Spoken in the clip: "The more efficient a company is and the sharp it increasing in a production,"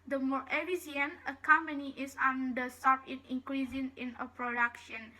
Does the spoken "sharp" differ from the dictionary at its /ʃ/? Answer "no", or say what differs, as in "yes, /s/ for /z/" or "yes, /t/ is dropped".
yes, /s/ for /ʃ/